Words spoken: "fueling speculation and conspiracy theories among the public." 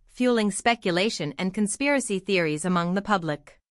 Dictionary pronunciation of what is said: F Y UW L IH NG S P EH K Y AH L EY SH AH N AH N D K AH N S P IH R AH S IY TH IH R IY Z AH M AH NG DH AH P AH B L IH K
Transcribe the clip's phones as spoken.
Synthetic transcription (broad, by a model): F Y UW L IH NG S P EH K Y AH L EY SH AH N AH N K AH N S P IH R AH S IY TH IH R IY Z AH M AH NG DH AH P AH B L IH K